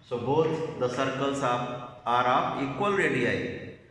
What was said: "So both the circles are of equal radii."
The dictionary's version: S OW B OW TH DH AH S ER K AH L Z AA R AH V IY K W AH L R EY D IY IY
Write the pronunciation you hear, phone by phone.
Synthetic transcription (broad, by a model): S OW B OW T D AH S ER K AH L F AA R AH P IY K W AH L R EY D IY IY